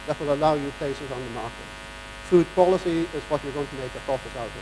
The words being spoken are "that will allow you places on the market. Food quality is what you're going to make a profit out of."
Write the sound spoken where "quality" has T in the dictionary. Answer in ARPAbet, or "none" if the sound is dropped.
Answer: S